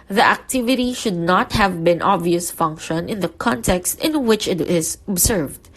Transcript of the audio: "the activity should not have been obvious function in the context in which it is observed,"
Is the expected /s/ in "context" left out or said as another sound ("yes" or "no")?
no